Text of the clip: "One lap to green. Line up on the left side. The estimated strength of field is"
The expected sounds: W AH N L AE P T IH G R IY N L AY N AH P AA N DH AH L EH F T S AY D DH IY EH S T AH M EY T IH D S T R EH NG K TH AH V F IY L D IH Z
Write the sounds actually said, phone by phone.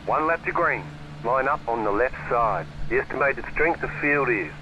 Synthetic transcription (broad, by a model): W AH N L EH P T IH G R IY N L AY N AH P N DH AH L EH F T S AY D DH IY EH S T AH M EY T IH D S T R EH NG K TH AH V F IY L D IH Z